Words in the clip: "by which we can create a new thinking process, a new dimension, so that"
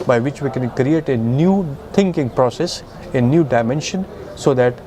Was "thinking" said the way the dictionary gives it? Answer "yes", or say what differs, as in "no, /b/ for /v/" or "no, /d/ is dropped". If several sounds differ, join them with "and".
no, /t/ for /θ/